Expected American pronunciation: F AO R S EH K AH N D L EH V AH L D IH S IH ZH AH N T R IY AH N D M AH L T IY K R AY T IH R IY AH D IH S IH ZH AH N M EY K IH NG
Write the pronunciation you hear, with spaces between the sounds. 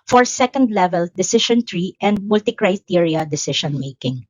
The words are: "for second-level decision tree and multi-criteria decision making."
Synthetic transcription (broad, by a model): F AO R S EH K AH N D L EH V AH L D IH S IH SH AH N T R IY AH N D M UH L T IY K R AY T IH R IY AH D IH S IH SH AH N M EY K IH NG